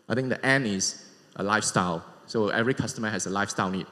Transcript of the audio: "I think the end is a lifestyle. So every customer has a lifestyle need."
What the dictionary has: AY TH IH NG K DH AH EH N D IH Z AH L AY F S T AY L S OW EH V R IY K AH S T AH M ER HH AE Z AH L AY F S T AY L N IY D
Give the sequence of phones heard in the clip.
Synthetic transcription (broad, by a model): AY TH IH NG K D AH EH N IH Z AH L AY F S T AY L S OW EH V R IY K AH S T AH M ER HH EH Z AH L AY F S T AY L N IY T